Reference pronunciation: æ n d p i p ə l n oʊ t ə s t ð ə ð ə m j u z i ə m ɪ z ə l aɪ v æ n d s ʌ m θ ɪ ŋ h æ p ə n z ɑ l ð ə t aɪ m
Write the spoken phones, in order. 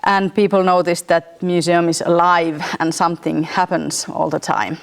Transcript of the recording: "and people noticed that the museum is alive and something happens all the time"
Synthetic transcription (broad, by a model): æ n p i p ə l n oʊ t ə s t ð ə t m j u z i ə m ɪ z ə l aɪ v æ n s ʌ m θ ɪ ŋ h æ p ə n s ɑ l ð ə t aɪ m